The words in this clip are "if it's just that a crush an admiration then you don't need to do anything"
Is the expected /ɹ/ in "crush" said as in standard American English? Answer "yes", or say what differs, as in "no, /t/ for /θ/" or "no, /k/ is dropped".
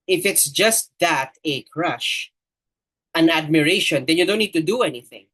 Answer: yes